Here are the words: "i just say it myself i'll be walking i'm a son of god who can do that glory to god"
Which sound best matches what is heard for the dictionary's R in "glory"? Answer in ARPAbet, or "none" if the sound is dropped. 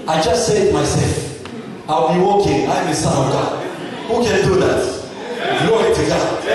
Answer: none